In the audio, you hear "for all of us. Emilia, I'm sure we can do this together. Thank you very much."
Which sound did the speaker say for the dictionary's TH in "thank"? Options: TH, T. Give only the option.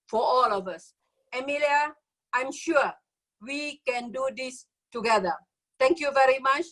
T